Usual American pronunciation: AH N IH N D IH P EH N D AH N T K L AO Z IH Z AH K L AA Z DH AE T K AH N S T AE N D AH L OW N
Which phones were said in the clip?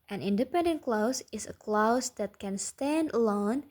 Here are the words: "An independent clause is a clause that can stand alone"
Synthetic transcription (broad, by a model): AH N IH N D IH P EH N D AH N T K L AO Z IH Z AH K L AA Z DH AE T K AH N S T AE N D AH L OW N